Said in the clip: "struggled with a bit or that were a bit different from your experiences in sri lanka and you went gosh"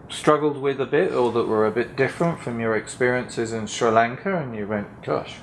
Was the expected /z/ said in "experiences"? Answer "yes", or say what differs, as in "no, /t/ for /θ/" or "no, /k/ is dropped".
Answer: yes